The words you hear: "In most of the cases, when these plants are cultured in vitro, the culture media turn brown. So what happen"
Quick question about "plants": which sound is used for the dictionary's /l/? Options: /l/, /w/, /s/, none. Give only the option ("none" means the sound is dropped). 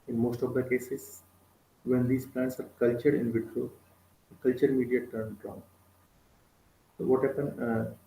/l/